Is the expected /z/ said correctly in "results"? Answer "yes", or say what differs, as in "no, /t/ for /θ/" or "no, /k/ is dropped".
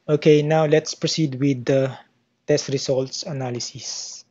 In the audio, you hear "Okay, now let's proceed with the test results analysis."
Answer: no, /s/ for /z/